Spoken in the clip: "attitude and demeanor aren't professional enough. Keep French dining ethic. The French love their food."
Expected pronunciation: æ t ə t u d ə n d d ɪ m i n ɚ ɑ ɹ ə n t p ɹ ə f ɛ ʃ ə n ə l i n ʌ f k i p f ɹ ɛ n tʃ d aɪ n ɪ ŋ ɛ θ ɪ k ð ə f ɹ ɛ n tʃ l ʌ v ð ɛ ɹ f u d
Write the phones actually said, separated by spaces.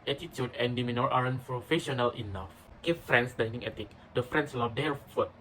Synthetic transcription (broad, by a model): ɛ t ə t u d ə n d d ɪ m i n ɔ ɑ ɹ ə n p ɹ ə f ɛ ʃ ə n ə l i n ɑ f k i f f ɹ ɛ n s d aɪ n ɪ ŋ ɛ t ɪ k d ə f ɹ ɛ n s l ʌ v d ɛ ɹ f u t